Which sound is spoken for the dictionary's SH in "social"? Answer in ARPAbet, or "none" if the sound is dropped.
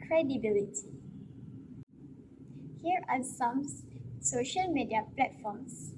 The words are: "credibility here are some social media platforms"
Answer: SH